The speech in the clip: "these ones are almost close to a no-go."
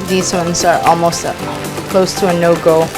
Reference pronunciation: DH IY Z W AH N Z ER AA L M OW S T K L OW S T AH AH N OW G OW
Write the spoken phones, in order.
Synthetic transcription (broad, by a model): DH IY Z W AH N Z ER AA L M OW S T K L OW S T AH AH N OW G OW